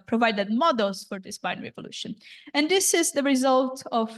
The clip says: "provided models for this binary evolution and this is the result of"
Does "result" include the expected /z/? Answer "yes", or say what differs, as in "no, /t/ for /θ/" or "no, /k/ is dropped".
yes